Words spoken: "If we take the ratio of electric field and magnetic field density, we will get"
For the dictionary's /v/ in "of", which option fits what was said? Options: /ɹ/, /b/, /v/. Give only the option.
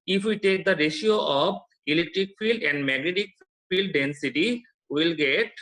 /b/